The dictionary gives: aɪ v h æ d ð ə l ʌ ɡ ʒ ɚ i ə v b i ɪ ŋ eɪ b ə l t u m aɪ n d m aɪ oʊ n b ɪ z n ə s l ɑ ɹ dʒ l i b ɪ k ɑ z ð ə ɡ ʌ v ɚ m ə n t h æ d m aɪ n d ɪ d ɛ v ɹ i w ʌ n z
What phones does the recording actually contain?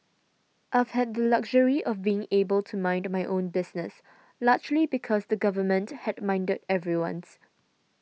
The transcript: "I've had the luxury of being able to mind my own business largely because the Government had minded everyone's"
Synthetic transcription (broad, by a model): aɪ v h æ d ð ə l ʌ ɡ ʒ ɚ i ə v b i ɪ ŋ eɪ b ə l t u m aɪ n d m aɪ oʊ n b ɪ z n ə s l ɑ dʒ l i b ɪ k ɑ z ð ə ɡ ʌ v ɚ m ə n t h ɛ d m aɪ n d ɪ d ɛ v ɹ i w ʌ n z